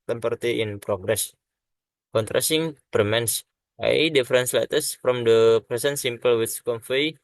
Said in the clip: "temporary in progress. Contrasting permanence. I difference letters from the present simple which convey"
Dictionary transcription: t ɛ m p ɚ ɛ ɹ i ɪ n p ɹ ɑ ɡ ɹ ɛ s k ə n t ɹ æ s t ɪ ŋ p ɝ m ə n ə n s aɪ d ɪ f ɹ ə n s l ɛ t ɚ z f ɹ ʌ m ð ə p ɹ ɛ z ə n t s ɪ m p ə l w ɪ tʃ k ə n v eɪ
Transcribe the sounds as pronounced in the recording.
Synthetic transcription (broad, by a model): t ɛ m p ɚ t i ɪ n p ɹ ɑ ɡ ɹ ɛ s k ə n t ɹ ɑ s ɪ ŋ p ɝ m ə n n s aɪ d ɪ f ɹ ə n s l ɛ t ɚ s f ɹ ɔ m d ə p ɹ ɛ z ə n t s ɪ m p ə l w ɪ s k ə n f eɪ